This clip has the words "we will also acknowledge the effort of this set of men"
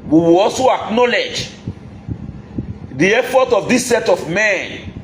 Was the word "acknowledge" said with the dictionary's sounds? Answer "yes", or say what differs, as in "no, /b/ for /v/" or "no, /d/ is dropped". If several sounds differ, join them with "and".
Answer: yes